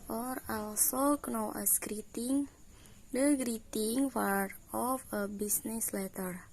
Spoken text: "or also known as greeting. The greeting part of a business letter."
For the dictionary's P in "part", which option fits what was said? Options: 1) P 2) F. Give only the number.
2